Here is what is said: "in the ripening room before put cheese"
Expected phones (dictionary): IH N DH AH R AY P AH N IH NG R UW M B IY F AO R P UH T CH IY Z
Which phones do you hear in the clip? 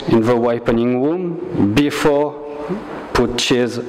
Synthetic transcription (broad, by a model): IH N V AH W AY P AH N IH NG W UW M B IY F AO P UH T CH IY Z